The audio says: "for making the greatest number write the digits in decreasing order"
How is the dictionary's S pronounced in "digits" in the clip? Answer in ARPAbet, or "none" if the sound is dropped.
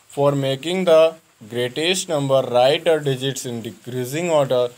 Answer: S